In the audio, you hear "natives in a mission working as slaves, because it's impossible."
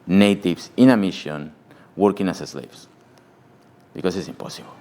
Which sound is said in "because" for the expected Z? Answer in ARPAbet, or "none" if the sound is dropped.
S